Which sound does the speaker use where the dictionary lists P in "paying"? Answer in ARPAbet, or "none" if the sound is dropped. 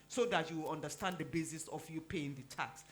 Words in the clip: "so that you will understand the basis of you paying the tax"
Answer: P